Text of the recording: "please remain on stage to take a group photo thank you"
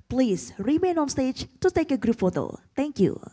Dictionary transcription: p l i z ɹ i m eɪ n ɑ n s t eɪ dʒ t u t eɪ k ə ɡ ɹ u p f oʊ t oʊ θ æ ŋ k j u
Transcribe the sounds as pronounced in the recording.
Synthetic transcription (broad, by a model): p l i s ɹ i m eɪ n ɑ n s t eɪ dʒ t u t eɪ k ə ɡ ɹ u p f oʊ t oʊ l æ ŋ k j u